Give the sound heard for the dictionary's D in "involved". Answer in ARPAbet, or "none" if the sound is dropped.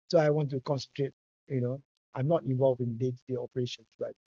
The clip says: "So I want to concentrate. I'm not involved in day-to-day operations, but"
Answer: none